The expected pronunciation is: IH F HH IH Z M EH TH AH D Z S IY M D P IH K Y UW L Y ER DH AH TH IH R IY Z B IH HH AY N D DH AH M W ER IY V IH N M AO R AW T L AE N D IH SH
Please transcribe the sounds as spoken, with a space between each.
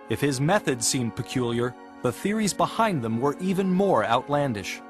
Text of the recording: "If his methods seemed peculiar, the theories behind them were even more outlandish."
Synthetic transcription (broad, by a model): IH F HH IH Z M EH TH AH D Z S IY M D P IH K Y UW L Y ER DH AH TH IH R IY Z B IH HH AY N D DH AH M W ER IY V IH N M AO R AW T L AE N D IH SH